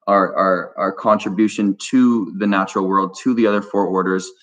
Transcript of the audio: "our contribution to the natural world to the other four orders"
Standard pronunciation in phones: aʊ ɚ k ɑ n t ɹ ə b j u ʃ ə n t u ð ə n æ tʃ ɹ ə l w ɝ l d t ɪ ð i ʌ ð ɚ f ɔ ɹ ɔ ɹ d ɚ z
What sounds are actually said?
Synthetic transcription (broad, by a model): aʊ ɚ k ɑ n t ɹ ə b j u ʃ ə n t u ð ə n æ tʃ ɹ l w ɝ l d t ɪ ð i ʌ ð ɚ f ɔ ɹ ɔ ɹ d ɚ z